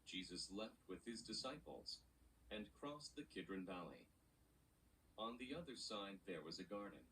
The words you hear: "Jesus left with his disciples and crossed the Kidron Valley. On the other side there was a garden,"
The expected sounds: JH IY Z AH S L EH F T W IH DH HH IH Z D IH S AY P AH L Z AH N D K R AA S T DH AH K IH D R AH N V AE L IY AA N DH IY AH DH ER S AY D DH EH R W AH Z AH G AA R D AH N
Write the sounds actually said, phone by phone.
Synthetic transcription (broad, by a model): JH IY Z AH S L EH F T W IH DH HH IH Z D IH S AY P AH L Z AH N K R AA S DH AH K IH D R AH N V AE L IY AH N DH IY AH DH ER S AY D DH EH R W AH Z AH G AA R D N